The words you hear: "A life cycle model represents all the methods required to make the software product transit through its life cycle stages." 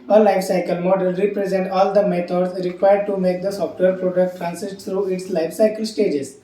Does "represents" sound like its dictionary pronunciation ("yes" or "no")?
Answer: no